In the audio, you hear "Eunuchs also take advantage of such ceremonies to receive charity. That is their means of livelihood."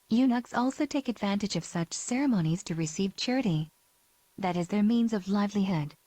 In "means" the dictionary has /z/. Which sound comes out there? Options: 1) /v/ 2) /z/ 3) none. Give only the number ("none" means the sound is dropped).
2